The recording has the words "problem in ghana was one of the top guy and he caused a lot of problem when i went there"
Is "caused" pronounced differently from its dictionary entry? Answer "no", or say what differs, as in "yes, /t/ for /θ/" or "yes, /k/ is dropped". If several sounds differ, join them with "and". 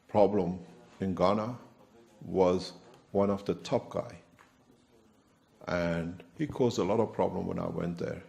no